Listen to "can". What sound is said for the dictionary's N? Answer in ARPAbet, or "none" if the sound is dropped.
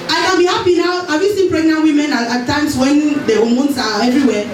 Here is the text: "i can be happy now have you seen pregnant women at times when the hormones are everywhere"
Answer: L